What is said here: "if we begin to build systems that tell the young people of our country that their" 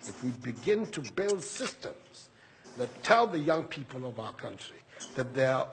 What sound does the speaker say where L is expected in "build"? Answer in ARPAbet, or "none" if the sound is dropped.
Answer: L